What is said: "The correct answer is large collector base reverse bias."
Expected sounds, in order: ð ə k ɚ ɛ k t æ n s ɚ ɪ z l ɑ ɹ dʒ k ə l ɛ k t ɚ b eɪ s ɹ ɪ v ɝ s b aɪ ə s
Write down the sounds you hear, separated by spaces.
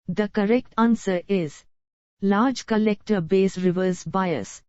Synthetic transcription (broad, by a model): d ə k ɚ ɛ k t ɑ n s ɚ ɪ z l ɑ ɹ dʒ k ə l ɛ k t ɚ b eɪ s ɹ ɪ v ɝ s b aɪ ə s